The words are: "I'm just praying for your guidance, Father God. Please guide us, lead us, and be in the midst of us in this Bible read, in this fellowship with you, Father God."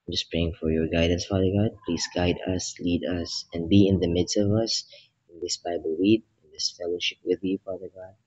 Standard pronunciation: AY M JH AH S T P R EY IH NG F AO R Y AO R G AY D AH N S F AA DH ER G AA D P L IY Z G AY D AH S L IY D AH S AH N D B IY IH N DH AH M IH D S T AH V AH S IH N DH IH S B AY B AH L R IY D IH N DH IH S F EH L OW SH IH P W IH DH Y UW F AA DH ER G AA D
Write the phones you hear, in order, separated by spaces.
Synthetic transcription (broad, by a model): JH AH S P R EY IH NG F AO R Y AO R G AY D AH N S F AA DH ER G AA D P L IY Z G AY D AH S L IY D AH S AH N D B IY IH N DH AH M IH D S T AH V AH S IH N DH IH S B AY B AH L W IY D IH N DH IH S F EH L OW SH IH P W IH DH Y UW F AA DH ER G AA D